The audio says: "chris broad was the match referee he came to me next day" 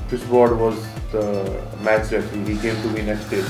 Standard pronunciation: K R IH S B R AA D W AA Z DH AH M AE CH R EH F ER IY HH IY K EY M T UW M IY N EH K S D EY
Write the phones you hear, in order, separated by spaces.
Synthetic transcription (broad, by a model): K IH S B AA D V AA Z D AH M AE CH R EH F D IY HH IY K EY M T UW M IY N EH K S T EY